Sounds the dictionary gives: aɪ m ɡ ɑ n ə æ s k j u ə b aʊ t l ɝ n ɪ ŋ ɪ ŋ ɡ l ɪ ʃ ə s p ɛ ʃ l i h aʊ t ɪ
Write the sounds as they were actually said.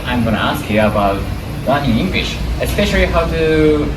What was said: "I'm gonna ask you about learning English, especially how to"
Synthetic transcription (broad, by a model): aɪ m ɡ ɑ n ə æ s k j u ə b aʊ t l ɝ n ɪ ɪ ŋ ɡ l ɪ ʃ ə s p ɛ ʃ l i h aʊ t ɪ